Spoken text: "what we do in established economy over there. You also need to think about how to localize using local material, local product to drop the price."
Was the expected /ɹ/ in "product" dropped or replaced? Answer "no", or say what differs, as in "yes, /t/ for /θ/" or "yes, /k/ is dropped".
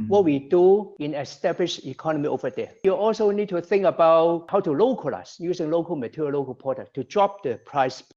yes, /ɹ/ is dropped